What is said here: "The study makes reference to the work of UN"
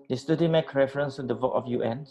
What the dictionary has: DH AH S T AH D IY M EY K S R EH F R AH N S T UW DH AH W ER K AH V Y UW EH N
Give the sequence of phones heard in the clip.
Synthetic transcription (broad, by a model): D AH S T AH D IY M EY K R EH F R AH N S T UW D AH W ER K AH F Y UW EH N